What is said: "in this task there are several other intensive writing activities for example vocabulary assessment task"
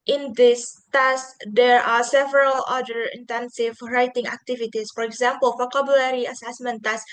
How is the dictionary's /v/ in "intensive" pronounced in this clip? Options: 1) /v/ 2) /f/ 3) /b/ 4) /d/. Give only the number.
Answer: 1